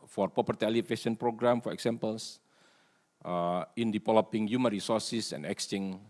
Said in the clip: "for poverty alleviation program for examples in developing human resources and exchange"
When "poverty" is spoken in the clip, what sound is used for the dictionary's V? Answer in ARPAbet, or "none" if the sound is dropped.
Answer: P